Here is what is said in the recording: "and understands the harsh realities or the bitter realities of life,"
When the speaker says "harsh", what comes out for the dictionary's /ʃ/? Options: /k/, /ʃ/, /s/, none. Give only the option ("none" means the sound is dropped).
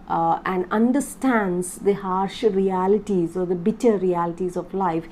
/ʃ/